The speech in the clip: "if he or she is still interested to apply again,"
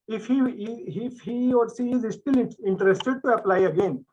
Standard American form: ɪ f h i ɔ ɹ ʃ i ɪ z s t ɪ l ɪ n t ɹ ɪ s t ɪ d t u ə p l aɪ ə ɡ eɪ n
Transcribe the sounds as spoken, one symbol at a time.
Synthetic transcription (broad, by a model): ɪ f h i ɔ ɹ s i ɪ z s t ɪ l ɪ n t ɹ ɪ s t ɪ d t u ə p l aɪ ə ɡ eɪ n